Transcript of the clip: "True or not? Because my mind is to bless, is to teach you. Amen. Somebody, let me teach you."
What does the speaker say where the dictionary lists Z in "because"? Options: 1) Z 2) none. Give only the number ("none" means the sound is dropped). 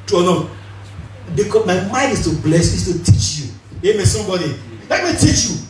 2